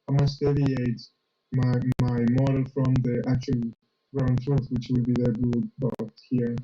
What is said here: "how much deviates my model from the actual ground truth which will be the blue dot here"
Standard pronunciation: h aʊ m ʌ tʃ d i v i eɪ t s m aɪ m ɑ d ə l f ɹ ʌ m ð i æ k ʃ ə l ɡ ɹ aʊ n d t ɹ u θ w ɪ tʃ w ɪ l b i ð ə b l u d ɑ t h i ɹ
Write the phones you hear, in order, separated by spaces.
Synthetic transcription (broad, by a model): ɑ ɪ m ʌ s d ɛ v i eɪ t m m aɪ m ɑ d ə l f ɹ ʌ m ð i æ k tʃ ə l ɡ ɹ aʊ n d t ɹ u θ w ɪ tʃ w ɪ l b i ð ə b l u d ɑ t h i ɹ